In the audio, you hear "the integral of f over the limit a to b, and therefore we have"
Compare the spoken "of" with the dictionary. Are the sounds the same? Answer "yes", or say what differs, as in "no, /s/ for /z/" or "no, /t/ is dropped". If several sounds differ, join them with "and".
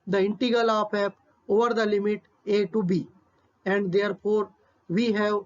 no, /p/ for /v/